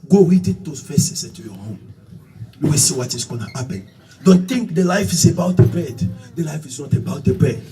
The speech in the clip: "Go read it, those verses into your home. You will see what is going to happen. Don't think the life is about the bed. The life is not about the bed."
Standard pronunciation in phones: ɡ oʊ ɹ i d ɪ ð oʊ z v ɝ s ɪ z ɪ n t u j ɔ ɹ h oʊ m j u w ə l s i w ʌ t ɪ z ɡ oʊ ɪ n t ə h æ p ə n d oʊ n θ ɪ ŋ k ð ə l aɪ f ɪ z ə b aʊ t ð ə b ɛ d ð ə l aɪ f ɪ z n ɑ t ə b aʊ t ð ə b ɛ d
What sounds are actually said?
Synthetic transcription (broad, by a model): ɡ oʊ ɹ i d ɪ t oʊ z f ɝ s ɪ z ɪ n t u j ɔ h oʊ m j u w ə s i w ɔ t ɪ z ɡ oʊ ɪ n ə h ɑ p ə n d oʊ n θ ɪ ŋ k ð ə l aɪ f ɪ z ə b aʊ t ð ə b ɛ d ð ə l aɪ f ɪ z n ɑ t ə b aʊ t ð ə b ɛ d